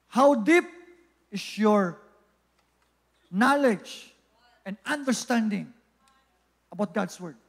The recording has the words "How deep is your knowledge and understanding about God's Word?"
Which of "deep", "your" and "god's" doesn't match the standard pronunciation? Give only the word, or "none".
god's